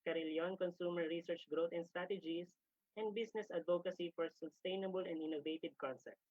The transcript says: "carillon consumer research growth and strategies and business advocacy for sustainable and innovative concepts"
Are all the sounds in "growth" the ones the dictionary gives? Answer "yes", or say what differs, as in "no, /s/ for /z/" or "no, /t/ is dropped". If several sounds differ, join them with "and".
no, /t/ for /θ/